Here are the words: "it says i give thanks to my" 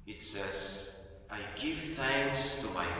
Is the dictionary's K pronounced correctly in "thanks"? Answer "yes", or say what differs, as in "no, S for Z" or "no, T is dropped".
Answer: yes